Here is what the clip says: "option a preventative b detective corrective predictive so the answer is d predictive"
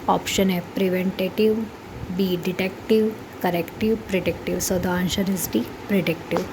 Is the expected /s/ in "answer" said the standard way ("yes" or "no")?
no